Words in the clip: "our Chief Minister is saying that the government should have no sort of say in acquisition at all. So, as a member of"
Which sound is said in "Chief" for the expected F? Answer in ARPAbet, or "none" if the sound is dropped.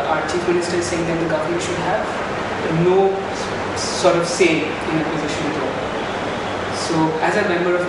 F